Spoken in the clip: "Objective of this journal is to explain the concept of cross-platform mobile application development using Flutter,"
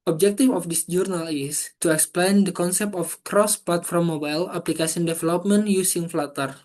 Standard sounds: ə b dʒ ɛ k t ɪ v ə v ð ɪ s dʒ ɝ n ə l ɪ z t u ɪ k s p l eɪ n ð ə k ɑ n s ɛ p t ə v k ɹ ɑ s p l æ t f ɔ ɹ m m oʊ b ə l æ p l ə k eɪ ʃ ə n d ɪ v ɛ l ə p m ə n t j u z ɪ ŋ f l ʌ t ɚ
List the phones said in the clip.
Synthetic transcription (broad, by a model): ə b dʒ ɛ k t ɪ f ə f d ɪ s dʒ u n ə l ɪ s t u ɪ k s p l eɪ n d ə k ɑ n s ɛ p t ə f k ɹ ɑ s p l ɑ t f ɔ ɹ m m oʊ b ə l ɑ p l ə k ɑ s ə n d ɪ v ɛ l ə p m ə n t j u s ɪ ŋ f l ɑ t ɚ